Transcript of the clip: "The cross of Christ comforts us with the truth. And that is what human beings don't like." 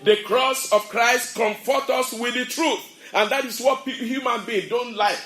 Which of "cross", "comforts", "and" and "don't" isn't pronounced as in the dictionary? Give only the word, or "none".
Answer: comforts